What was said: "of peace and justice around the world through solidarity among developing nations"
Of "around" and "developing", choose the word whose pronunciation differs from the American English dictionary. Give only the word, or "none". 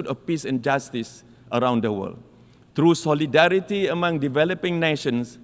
none